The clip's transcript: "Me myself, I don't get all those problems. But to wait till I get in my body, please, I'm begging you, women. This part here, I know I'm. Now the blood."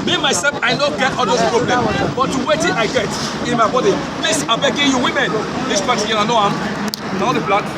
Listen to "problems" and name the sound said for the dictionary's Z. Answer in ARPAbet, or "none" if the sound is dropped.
none